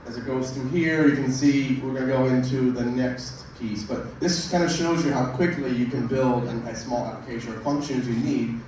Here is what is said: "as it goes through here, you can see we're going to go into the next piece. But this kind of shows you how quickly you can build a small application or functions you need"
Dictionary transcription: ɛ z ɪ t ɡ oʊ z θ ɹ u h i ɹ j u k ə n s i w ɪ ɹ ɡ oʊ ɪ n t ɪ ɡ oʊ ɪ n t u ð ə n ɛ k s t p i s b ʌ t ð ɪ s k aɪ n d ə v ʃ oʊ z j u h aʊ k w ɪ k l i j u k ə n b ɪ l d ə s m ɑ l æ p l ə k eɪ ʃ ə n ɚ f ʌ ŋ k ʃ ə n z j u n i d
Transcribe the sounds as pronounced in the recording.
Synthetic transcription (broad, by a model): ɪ z ɪ t ɡ oʊ z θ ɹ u h i ɹ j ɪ k ə n s i w ɪ ɹ ɡ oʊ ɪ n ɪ ɡ oʊ ɪ n t u ð ə n ɛ k s t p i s b ʌ t ð ɪ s k aɪ n d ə ʃ oʊ z j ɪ h aʊ k w ɪ k l i j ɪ k ə n b ɪ l d ə s m ɑ l æ p l ə k eɪ ʃ ə n ɚ f ʌ ŋ k ʃ ə n z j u n i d